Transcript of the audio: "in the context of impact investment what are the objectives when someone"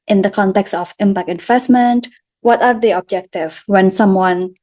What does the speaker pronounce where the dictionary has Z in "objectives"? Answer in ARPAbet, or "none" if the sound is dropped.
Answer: none